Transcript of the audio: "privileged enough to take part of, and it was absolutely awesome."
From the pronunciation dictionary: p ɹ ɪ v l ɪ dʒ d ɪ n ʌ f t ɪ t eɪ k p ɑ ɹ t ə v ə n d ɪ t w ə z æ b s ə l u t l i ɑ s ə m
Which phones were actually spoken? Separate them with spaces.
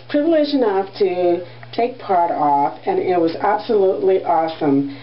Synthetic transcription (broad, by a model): p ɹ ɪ v l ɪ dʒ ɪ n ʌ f t ɪ t eɪ k p ɑ ɹ t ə f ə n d ɪ t w ə z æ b s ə l u t l i ɑ s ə m